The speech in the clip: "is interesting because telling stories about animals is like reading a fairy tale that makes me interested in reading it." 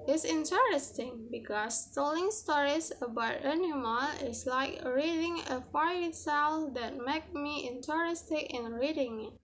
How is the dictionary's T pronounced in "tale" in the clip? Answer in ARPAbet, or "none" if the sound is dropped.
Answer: S